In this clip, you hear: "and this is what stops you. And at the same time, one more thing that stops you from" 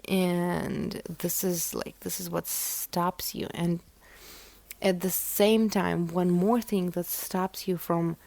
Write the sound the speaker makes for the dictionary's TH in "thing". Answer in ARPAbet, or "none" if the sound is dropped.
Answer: TH